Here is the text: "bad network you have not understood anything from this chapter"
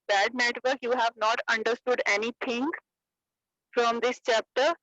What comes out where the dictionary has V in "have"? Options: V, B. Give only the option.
V